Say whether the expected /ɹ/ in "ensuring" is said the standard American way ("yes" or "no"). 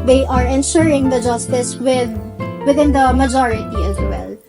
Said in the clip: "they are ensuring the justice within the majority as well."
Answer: yes